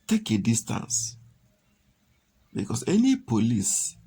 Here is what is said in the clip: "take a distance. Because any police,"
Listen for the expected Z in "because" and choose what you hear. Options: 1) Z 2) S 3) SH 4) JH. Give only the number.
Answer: 2